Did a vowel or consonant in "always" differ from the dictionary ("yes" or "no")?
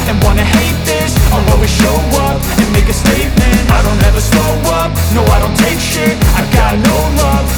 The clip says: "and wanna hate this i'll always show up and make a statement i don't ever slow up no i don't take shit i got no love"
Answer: yes